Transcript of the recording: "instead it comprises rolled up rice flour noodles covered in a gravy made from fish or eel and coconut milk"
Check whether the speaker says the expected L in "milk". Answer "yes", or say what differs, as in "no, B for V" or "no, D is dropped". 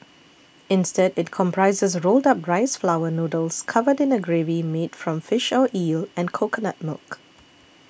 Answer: yes